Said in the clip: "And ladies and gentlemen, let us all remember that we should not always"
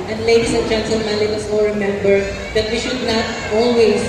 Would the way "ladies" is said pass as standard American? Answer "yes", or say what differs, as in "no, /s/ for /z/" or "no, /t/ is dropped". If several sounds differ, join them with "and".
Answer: no, /s/ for /z/